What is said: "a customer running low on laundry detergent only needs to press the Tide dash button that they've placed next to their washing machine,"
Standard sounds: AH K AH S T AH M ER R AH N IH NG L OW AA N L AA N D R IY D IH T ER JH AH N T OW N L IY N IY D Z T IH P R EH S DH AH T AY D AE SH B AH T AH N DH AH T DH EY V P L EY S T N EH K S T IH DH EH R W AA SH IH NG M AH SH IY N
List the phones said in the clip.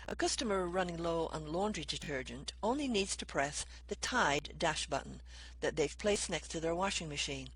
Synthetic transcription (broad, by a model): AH K AH S T AH M ER R AH N IH NG L OW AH N L AA N D R IY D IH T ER JH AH N T OW N L IY N IY D Z T IH P R EH S DH AH T AY D AE SH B AH T N DH AH T DH EY V P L EY S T N EH K S T IH DH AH R W AA SH IH NG M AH SH IY N